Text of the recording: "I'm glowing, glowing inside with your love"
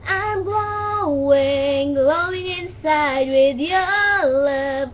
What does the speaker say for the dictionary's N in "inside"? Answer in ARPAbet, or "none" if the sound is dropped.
N